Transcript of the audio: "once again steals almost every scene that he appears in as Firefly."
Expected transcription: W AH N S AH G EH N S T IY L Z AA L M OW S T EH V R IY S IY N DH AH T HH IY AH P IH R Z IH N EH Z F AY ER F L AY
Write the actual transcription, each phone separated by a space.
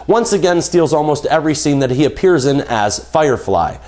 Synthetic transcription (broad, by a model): W AH N S AH G EH N S T IY L Z AA L M OW S T EH V R IY S IY N DH AH T HH IY AH P IH R Z IH N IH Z F AY ER F L AY